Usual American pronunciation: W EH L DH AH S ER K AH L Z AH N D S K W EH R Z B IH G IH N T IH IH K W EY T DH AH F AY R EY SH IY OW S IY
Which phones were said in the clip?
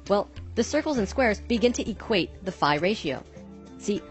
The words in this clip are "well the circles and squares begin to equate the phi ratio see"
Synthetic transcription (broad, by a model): W EH L DH AH S ER K L Z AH N S K W EH R Z B IH G IH N T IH IH K W EY T DH AH F AY R EY SH IY OW S IY